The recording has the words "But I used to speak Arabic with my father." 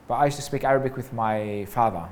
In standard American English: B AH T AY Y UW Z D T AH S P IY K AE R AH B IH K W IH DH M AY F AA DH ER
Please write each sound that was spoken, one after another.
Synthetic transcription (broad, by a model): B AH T AY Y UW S T AH S P IY K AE R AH B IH K W IH DH M AY F AA DH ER